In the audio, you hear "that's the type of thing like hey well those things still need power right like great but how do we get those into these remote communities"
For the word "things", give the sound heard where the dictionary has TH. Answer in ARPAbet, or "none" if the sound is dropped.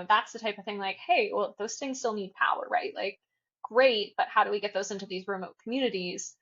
TH